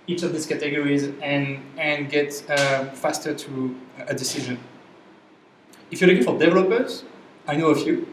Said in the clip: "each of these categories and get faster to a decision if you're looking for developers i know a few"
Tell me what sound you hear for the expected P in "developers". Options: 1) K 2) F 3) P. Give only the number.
3